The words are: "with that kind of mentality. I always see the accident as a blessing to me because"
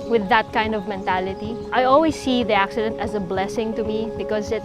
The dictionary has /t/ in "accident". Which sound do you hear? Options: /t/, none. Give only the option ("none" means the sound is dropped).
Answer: /t/